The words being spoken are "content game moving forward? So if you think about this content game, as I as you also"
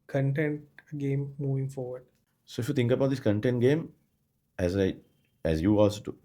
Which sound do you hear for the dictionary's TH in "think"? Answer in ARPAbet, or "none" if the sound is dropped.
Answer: T